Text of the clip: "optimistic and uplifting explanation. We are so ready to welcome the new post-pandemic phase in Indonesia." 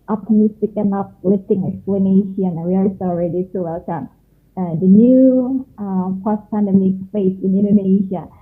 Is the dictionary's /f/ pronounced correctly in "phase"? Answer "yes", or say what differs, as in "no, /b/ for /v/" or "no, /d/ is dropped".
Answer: no, /p/ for /f/